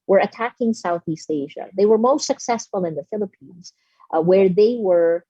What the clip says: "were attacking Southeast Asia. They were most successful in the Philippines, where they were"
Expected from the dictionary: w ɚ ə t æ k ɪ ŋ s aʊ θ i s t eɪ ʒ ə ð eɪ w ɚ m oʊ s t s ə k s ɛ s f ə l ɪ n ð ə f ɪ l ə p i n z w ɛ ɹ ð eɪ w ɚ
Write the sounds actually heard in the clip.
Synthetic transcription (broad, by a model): w ɚ ə t æ k ɪ ŋ s aʊ θ i s t eɪ ʒ ə ð eɪ w ɚ m oʊ s t s ə k s ɛ s f ə l ɪ n ð ə f ɪ l ə p i n z w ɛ ɹ ð eɪ w ɚ